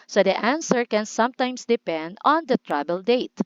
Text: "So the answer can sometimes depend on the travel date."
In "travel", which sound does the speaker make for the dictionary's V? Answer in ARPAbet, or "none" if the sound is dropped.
B